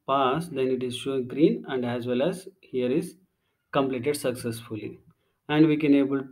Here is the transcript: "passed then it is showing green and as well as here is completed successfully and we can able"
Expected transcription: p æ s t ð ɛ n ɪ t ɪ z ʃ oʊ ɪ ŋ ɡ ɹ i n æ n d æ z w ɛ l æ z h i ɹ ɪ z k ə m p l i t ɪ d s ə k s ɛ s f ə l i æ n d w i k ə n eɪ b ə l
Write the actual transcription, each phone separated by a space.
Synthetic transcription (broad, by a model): p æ s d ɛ n ɪ t ɪ z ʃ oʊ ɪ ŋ ɡ ɹ i n æ n d æ z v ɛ l æ z h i ɹ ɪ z k ə m p l i t ɪ d s ə k s ɛ s f ə l i æ n d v i k ə n eɪ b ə l